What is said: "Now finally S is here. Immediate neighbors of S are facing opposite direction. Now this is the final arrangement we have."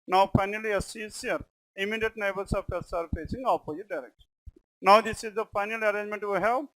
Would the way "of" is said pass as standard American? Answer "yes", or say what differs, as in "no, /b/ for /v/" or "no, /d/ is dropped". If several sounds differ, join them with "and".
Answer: no, /p/ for /v/